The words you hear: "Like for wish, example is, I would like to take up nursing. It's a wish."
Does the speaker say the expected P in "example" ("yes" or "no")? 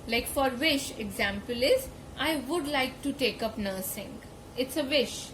yes